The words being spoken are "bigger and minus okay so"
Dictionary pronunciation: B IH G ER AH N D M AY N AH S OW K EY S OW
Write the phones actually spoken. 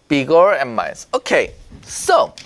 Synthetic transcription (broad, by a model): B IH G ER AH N M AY AH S OW K EY S OW